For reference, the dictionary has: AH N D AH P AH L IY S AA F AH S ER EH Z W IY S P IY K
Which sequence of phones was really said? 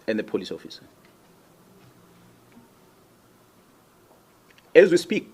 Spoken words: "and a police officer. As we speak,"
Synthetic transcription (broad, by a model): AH N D AH P AH L IY S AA F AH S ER EH Z W IY S P IY K